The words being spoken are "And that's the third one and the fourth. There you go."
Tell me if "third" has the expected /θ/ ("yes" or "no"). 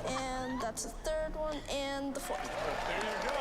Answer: yes